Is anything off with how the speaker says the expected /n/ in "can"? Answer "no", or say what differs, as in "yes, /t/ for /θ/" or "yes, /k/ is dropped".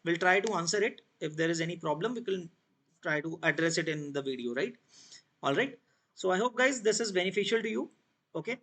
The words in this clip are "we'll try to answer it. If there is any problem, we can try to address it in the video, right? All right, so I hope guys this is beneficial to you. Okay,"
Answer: yes, /l/ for /n/